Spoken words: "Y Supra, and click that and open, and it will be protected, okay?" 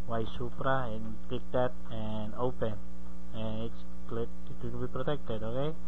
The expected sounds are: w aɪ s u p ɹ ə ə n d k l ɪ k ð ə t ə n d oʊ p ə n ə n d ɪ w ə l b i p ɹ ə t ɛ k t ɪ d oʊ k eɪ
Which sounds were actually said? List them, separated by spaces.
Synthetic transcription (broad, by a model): w aɪ s u p ɹ ə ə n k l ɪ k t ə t ə n d oʊ p ə n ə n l ɪ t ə n b i p ɹ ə t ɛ k t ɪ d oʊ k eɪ